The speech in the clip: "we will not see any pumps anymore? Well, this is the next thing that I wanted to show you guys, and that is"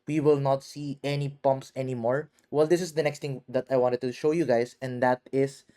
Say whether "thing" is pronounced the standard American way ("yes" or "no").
no